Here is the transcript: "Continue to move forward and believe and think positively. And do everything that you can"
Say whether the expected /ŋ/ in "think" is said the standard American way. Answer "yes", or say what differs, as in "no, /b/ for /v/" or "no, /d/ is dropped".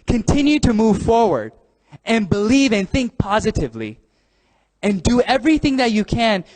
yes